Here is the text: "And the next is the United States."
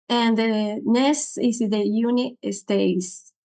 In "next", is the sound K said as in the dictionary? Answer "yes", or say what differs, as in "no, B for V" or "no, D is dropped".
no, K is dropped